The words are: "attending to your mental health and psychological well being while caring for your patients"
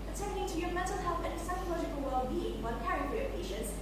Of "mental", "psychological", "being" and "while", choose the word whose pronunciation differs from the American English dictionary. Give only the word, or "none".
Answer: while